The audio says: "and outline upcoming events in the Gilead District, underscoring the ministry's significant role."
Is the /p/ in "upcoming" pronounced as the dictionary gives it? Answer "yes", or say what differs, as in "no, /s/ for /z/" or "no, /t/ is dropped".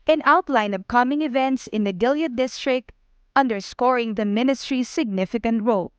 no, /b/ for /p/